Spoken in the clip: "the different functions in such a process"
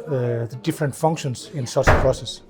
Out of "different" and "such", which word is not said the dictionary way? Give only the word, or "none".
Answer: such